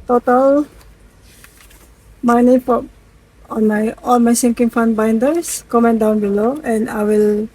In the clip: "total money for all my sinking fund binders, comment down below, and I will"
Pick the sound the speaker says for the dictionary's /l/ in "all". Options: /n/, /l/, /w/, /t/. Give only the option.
/n/